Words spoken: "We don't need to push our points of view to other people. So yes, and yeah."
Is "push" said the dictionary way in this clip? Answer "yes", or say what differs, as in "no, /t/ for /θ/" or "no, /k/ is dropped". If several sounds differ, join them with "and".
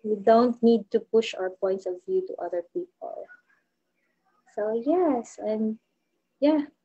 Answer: yes